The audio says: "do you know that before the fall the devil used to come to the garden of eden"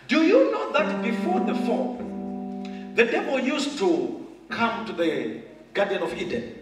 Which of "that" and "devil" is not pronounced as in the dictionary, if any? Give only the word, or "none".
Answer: devil